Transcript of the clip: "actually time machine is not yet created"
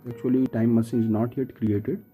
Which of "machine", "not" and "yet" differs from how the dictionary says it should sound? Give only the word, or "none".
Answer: machine